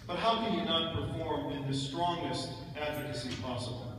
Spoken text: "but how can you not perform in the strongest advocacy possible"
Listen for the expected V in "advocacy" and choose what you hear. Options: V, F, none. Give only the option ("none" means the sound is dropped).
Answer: V